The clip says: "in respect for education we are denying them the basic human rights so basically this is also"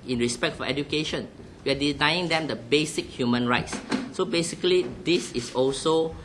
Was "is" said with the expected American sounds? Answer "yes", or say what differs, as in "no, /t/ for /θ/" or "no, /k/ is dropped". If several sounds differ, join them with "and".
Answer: no, /s/ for /z/